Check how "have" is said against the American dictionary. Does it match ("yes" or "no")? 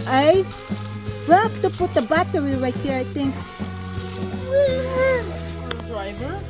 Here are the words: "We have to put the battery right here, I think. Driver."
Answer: no